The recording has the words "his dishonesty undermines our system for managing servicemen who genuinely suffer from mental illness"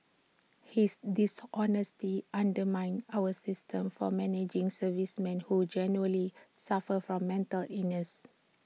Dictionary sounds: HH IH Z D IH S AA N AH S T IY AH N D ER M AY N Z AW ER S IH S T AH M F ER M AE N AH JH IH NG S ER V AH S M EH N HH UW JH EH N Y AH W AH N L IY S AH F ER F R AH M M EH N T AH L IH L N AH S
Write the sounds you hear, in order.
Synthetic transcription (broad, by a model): HH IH S D IH S AA N AH S T IY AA N D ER M AY N AW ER S IH S T AH M F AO M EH N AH JH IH NG S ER V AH S M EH N HH UW JH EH N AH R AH L IY S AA F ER F R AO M M EH N T AH L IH N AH S